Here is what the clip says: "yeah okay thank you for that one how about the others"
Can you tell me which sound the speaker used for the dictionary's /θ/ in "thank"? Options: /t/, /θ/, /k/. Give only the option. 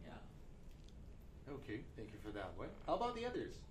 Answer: /θ/